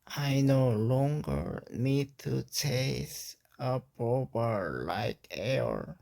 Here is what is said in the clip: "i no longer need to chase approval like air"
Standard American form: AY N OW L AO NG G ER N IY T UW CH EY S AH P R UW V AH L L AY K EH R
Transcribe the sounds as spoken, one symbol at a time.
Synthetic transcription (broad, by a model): AY N OW L AO NG G ER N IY T UW CH EY S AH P R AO B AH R L AY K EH R